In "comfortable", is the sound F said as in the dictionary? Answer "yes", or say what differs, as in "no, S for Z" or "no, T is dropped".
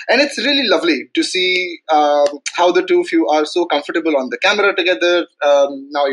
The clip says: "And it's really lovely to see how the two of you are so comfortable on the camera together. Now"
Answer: yes